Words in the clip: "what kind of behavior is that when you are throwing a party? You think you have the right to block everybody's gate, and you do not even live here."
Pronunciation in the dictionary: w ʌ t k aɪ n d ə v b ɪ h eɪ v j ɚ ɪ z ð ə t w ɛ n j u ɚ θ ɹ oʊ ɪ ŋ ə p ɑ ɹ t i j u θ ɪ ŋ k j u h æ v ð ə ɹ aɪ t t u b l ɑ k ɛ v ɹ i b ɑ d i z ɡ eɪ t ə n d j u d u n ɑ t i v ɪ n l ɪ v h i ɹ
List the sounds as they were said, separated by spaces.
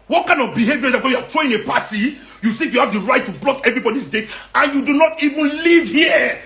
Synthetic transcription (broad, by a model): w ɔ t k aɪ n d ə v b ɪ h eɪ v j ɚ ɪ z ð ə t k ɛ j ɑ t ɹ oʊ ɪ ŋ ə p ɑ t i j u s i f j u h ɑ v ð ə ɹ aɪ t t u b l ɑ k ɛ v ɹ i b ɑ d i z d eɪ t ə n j u d u n ɑ t i v ɪ n l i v h i